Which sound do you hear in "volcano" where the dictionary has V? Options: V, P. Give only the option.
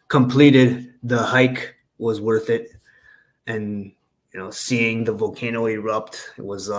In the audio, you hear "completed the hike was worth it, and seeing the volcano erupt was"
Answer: V